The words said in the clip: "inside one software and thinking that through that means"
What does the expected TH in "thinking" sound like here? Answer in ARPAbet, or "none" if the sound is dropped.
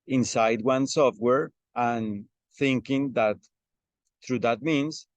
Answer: TH